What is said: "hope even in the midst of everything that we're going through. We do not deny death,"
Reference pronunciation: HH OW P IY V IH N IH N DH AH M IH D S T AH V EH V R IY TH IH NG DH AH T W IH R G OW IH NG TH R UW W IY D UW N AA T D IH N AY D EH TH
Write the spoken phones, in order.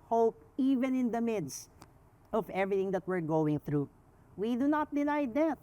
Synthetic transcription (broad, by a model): HH OW P IY V IH N IH N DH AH M IH D S T AH V EH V R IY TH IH NG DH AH T W IH R G OW IH NG TH R UW W IY D UW N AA T D IH N AY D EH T